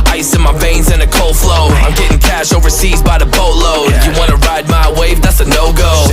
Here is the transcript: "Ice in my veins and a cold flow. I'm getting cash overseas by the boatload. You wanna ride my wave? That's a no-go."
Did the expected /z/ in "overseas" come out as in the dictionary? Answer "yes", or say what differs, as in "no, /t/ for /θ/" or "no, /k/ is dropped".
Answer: yes